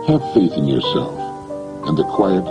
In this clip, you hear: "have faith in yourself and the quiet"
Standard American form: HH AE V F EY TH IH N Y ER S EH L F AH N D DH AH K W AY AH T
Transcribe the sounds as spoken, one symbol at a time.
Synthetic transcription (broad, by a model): HH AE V F EY TH IH N Y ER S EH L F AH N DH AH K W AY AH T